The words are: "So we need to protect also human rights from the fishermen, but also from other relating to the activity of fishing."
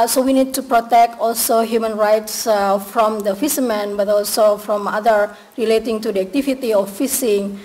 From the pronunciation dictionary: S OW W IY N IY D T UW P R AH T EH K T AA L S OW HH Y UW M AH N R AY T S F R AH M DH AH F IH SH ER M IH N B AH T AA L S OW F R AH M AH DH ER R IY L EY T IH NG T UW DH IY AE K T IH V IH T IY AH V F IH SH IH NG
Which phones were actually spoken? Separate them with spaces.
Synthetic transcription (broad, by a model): S OW W IY N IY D T UW P R AH T EH K T AA L S OW HH Y UW M AH N R AY T S F R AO M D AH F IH S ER M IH N B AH T AA L S OW F R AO M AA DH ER R IY L EY T IH NG T UW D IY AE K T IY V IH T IY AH F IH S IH NG